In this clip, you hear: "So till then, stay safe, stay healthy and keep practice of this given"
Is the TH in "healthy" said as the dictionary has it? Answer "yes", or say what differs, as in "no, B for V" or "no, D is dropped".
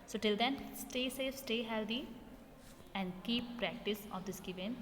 no, T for TH